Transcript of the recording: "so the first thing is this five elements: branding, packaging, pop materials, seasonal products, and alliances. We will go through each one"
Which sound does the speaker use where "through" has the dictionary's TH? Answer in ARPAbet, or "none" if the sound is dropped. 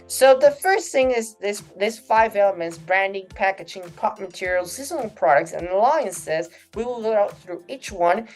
TH